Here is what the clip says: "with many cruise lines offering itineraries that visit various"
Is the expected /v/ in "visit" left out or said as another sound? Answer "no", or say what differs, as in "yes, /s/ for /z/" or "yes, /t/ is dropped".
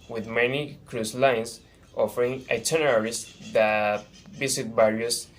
yes, /b/ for /v/